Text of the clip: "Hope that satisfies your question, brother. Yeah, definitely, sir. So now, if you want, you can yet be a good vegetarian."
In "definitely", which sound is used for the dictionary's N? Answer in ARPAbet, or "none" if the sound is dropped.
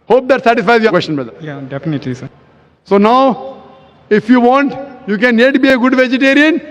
N